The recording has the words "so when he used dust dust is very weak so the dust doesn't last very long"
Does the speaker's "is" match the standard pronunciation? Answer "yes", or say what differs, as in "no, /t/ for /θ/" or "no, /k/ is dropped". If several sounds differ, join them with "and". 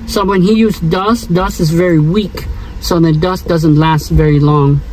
yes